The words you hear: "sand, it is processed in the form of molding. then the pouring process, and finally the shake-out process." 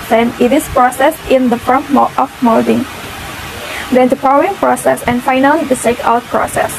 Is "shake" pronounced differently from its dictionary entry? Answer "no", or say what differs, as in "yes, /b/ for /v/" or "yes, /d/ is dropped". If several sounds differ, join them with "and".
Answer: yes, /s/ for /ʃ/